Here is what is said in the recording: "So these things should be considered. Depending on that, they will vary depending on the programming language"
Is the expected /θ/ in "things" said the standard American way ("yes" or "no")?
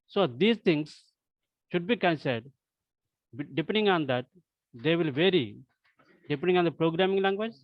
no